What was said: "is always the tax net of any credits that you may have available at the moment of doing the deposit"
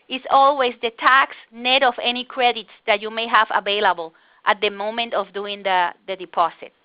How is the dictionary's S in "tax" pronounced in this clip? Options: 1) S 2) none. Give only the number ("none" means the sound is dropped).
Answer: 1